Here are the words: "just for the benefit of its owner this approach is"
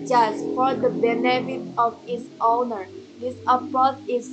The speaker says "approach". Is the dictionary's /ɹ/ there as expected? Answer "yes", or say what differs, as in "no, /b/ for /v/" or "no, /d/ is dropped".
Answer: no, /ɹ/ is dropped